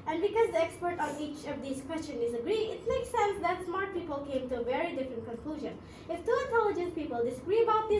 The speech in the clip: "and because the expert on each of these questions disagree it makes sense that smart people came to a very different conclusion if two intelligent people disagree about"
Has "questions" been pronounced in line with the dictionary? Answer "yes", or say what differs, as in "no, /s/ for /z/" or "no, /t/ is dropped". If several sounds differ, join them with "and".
no, /z/ is dropped